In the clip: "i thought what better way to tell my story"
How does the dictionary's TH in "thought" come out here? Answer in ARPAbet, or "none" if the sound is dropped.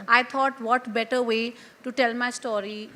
T